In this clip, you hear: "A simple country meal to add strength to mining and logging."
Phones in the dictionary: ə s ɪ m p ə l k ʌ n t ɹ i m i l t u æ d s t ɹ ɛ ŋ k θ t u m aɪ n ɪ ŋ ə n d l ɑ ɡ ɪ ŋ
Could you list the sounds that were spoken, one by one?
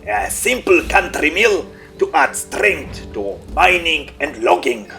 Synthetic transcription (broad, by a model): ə s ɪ m p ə l k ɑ n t ɹ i m i l t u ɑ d s t ɹ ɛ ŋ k t t u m aɪ n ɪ ŋ ə n d l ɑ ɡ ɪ ŋ